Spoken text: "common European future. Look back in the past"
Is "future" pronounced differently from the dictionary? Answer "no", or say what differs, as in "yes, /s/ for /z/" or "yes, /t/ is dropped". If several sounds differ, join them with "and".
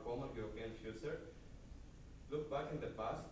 yes, /s/ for /tʃ/